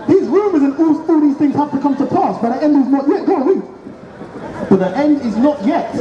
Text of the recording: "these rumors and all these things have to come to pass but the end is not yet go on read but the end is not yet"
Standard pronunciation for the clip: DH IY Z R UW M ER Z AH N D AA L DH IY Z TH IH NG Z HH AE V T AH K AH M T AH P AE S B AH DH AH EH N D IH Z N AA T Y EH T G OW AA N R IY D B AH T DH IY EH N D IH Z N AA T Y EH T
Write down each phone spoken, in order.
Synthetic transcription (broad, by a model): DH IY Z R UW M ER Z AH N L AA L DH IY Z TH IH NG Z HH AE F T AH K AH M T AH P AE S B AH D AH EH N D IH Z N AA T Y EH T G OW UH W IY B AH T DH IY EH N D IH Z N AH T Y EH T